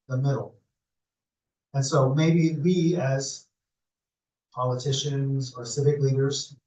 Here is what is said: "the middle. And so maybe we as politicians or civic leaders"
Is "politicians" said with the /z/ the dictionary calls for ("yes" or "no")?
yes